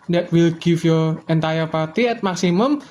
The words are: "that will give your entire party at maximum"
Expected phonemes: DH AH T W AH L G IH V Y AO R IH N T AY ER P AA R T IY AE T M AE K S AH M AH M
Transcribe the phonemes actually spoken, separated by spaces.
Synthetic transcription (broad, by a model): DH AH T W AH L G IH F Y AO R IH N T AY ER P AA R T IY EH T M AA K S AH M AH M